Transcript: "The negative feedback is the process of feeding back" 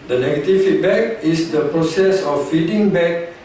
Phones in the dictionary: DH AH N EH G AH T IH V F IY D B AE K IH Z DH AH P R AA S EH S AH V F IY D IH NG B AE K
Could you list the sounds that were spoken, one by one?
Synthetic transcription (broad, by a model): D AH N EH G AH T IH F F IY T B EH K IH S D AH P R AA S EH S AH F IY D IH NG B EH K